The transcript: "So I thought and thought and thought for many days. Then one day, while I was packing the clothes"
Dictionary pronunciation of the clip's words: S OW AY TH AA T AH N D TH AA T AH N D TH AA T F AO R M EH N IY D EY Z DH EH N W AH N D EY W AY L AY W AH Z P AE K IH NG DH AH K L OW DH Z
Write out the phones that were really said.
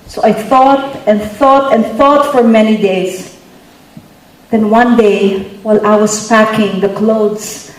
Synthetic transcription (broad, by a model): S OW AY TH AA T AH N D TH AA T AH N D TH AA T F AO R M EH N IY D EY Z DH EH N W AH N D EY W AY L AY W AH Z P AE K IH NG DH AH K L OW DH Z